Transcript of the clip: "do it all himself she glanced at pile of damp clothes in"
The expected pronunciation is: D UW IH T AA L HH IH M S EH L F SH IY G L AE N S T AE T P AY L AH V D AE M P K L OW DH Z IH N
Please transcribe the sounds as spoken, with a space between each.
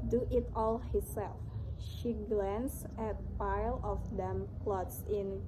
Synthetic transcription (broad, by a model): D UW IH T AA L HH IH S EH L F SH IY G L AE N S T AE T P AY L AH F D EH M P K L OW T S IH N